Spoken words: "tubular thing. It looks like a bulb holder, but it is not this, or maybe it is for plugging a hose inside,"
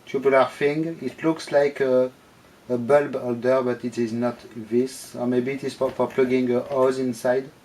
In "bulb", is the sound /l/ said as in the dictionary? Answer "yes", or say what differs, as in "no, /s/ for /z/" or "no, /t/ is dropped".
yes